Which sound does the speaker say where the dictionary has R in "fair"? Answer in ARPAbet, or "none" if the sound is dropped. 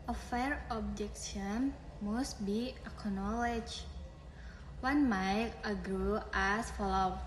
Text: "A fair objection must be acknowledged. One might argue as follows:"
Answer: R